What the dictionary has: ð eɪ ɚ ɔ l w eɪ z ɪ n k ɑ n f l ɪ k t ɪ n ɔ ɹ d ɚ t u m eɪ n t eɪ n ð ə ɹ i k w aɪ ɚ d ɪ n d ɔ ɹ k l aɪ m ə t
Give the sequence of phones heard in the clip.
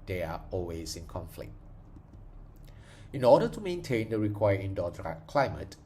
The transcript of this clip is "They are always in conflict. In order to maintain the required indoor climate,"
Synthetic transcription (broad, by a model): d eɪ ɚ ɔ l w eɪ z ɪ n k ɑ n f l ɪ k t ɪ n ɔ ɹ d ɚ t u m eɪ n t eɪ n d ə ɹ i k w aɪ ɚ ɪ n d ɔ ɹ k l aɪ m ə t